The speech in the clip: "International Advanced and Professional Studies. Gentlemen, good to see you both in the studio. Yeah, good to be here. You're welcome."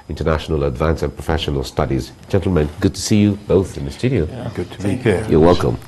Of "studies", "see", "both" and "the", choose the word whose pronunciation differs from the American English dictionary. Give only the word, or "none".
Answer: none